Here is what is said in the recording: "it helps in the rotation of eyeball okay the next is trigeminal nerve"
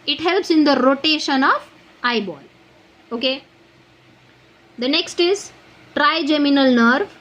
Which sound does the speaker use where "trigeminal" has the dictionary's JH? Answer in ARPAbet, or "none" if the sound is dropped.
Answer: JH